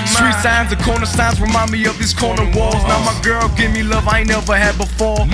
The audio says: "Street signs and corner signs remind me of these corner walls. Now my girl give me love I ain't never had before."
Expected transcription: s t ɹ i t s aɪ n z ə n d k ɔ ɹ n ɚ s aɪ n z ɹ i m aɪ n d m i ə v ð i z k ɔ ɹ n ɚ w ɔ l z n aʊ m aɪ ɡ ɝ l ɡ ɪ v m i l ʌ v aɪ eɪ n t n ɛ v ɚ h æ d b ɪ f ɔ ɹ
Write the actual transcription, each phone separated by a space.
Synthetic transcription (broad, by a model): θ ɹ i s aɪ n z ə k ɔ ɹ n ɚ s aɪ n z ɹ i m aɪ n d m i ə v ð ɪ s k ɔ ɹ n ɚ w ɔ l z n aʊ m aɪ ɡ ɝ l ɡ ɪ v m i l ʌ v aɪ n n ɛ v ɚ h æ d b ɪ f ɔ ɹ